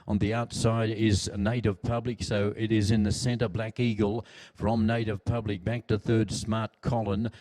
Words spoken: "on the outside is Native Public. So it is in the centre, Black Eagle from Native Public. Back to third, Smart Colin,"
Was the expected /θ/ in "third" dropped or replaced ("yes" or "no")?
no